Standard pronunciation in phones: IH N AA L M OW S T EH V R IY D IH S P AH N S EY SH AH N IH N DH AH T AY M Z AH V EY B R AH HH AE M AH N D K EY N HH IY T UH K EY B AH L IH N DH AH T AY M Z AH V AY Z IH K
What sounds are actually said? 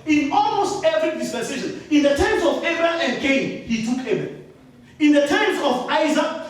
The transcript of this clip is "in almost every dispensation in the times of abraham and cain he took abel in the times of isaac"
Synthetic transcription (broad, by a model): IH N AA L M OW S T EH V R IY D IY S P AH N S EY SH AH N IH N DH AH T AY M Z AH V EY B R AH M AH N D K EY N HH IY T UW K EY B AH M IH N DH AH T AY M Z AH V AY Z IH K